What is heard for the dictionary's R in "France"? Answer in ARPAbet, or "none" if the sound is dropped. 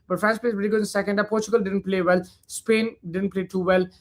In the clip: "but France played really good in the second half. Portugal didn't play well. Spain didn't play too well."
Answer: none